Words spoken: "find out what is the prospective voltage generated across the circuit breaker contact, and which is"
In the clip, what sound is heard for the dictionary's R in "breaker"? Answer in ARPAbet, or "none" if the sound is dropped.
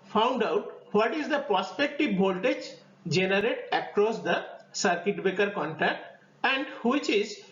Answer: none